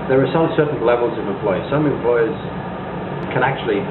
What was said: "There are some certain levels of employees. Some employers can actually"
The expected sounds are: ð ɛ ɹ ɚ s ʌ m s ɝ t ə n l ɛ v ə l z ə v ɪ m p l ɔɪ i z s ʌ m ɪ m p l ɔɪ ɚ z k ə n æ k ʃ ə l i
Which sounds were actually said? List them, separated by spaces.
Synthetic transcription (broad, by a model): ð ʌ ɹ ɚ s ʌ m s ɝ t n l ɛ v ə l z ə v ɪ m p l ɔɪ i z s ʌ m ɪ m p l ɔɪ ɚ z k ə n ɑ k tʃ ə l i